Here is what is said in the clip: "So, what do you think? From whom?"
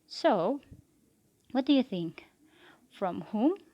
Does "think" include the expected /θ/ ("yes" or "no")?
yes